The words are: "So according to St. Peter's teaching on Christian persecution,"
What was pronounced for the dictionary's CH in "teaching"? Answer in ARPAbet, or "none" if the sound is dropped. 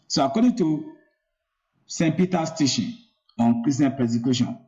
SH